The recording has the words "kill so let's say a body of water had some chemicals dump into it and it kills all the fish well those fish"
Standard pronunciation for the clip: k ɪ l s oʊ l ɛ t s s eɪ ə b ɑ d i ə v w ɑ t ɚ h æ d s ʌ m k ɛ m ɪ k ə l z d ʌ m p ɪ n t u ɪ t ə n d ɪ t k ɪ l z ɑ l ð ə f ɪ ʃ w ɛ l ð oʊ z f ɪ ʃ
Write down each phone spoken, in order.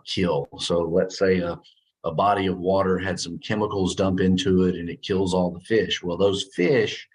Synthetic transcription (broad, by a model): k ɪ l s oʊ l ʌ t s s eɪ ə b ɑ d i ə v w ɑ t ɚ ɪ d s ʌ m k ɛ m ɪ k l z d ʌ m p ɪ n t u ɪ t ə n ɪ t k ɪ l z ɑ l ð ə f ɪ ʃ w ɛ l ð oʊ z f ɪ ʃ